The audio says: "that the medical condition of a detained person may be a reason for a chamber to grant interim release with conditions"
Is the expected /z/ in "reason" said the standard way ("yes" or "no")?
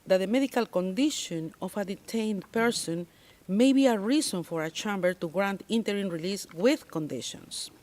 no